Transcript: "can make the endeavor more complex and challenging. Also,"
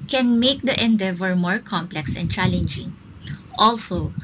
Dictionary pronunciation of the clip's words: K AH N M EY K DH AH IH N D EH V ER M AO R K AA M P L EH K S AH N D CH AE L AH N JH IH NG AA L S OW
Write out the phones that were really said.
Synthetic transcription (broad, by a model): K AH N M EY K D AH IH N D EH V ER M AO R K AA M P L EH K S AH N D CH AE L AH N JH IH NG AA L S OW